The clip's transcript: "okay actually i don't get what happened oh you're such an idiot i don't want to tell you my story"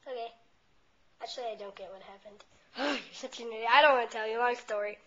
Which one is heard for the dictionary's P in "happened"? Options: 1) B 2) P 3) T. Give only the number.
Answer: 2